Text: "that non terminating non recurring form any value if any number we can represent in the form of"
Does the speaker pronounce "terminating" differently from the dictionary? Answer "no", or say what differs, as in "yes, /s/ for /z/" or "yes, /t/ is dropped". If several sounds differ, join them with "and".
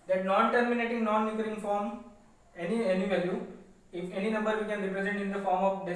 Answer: no